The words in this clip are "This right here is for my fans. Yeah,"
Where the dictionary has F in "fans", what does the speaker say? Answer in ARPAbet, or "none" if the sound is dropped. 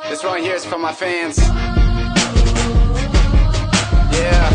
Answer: F